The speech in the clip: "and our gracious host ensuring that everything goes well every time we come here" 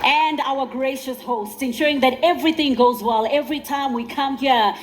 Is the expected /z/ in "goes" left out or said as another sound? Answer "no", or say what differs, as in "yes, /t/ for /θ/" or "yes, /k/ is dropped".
no